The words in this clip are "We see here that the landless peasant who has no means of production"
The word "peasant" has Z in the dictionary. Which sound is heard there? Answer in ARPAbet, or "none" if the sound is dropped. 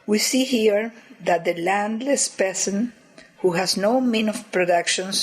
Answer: S